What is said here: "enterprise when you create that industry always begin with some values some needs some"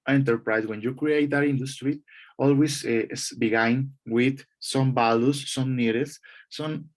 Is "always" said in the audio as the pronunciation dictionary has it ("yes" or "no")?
no